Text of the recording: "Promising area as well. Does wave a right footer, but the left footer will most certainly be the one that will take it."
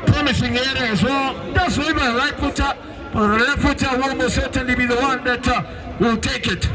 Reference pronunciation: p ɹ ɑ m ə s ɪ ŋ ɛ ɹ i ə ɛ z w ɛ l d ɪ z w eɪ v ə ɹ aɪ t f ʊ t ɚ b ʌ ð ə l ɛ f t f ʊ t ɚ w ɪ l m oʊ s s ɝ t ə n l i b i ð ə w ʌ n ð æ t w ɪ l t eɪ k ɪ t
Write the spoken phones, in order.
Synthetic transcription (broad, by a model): p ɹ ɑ m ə s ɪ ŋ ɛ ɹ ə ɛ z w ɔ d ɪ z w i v ə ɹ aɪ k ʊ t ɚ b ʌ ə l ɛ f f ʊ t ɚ w ɪ l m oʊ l s ɝ t ə n l i b i ð ə w ʌ n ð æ t w ɪ l t eɪ k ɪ t